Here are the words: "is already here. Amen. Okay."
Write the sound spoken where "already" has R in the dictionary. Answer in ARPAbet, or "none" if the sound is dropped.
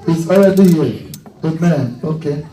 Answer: L